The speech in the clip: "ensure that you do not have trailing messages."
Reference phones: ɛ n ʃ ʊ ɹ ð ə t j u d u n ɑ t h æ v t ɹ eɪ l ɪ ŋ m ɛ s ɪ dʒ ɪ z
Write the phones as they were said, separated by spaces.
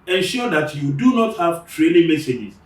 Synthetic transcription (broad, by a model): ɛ n ʃ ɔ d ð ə t j u d u n ɑ t h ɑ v t ɹ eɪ n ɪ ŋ m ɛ s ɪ dʒ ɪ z